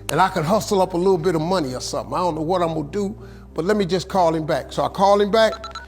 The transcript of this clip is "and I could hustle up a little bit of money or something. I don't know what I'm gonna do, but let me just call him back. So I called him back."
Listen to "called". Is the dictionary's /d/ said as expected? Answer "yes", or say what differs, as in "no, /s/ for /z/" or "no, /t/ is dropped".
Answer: no, /d/ is dropped